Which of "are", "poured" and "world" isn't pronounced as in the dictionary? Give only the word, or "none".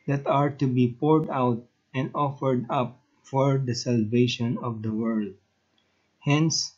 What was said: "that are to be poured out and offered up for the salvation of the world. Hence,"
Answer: none